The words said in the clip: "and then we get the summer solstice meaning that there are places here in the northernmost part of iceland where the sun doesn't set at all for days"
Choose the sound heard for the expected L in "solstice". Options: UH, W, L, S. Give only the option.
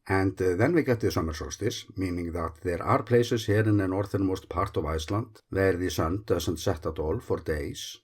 W